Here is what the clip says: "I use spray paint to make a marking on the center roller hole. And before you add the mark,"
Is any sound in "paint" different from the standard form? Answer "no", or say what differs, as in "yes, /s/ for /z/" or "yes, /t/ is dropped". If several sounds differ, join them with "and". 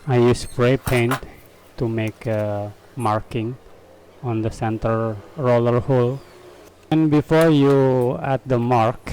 no